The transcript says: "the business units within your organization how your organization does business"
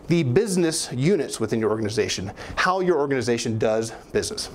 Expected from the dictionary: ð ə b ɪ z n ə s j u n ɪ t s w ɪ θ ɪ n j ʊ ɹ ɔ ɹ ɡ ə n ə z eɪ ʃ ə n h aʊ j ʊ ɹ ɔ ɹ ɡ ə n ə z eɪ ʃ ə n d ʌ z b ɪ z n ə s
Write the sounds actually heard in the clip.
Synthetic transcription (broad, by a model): ð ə b ɪ z n ə s j u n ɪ t s w ɪ θ ɪ n j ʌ ɹ ɔ ɹ ɡ ə n ə z eɪ ʃ ə n h aʊ j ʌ ɹ ɔ ɹ ɡ ə n ə z eɪ ʃ ə n d ʌ z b ɪ z n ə s